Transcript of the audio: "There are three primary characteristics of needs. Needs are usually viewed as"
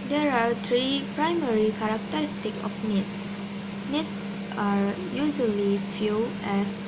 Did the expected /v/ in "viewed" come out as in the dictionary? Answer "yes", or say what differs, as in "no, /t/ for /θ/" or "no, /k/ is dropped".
no, /f/ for /v/